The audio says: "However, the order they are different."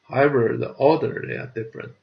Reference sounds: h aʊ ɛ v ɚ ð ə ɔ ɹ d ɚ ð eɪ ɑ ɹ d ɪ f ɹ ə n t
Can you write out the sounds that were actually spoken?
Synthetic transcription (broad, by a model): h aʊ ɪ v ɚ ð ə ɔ l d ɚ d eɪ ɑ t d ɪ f ɹ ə n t